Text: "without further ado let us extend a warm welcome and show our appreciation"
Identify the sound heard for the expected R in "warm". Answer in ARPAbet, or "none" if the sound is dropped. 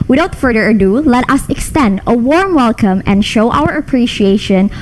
R